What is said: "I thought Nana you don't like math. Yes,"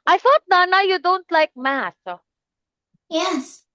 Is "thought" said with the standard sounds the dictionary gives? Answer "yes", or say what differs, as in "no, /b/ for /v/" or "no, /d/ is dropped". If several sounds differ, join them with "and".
yes